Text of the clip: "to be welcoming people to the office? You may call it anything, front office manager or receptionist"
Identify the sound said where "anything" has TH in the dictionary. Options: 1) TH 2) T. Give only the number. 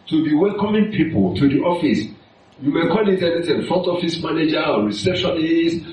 2